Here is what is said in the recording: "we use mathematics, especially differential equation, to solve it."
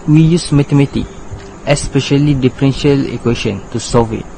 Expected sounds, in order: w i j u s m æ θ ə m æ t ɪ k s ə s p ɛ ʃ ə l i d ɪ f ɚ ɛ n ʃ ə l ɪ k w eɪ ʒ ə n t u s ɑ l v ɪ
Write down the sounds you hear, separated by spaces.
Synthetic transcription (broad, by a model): w i j u s m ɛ t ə m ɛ t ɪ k ə s p ɛ ʃ ə l i d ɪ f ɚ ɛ n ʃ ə l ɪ k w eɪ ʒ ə n t u s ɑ v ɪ